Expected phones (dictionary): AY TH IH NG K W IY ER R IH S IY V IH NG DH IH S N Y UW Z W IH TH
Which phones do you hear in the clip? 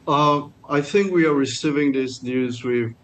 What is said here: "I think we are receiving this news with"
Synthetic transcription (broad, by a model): AY TH IH NG K W IY ER R IH S IY V IH NG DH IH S N Y UW Z W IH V